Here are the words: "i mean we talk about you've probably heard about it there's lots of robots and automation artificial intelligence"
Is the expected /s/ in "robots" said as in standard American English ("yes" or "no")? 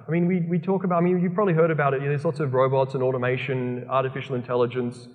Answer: yes